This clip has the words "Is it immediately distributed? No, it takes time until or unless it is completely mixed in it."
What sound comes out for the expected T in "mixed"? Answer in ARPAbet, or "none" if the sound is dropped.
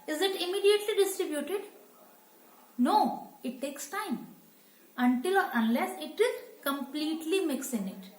none